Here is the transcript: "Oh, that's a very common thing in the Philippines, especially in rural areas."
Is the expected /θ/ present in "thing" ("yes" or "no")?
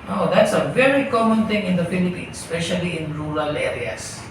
no